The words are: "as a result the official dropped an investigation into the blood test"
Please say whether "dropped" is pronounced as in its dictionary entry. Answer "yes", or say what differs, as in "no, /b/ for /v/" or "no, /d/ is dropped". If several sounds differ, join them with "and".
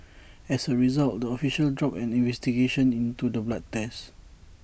no, /t/ is dropped